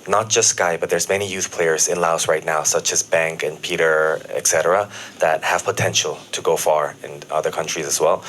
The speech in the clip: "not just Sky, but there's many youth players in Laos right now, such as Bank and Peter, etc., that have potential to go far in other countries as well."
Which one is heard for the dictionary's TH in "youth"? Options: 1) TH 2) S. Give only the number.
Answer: 1